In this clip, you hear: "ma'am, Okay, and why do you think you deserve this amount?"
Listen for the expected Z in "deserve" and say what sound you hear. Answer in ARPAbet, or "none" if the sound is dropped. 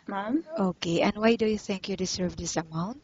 S